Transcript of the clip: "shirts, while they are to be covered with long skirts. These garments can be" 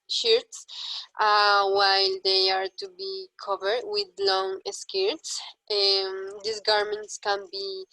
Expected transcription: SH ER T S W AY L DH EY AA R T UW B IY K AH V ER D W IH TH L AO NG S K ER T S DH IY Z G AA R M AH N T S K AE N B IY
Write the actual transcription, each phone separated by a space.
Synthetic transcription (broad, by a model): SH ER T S W AY L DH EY AA R T UW B IY K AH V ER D W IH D L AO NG S K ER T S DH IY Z G AA R M AH N T S K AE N B IY